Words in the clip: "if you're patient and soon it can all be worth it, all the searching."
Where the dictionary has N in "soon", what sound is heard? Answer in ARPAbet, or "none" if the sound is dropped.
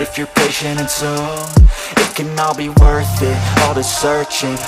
none